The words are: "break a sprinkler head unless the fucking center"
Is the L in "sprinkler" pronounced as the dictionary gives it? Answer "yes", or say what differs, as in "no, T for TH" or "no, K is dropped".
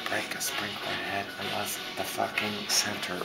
no, L is dropped